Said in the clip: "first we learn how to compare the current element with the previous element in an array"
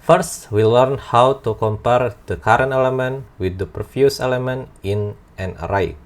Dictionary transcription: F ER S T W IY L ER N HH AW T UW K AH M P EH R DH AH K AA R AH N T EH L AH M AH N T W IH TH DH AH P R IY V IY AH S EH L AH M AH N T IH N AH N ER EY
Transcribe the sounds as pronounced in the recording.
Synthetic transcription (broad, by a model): F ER S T W IY L ER N HH AW T UW K AH M P EH R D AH K AA R AH N T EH L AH M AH N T W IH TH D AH P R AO F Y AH S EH L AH M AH N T IH N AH N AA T